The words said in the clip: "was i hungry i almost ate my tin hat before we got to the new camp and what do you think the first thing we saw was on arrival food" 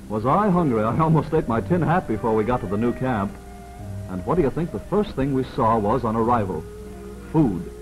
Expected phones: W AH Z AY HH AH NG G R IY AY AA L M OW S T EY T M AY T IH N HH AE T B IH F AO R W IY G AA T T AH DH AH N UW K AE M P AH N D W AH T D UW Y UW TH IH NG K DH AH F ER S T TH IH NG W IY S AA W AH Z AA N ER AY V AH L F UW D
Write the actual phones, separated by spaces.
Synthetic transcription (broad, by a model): W AH Z AY HH AH NG G R IY AY AA L M OW S T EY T M AY T IH N HH AE T B IH F AO R W IY G AA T T AH DH AH N UW K AE M P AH N W AH T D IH Y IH TH IH NG K DH AH F ER S T TH IH NG W IY S AA W AH Z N ER AY V AH L F UW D